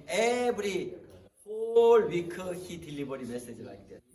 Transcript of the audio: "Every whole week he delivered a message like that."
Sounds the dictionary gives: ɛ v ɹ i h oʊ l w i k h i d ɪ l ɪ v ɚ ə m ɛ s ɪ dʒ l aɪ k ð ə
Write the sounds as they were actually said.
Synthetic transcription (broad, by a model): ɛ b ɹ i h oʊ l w i k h i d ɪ l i b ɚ ə m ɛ s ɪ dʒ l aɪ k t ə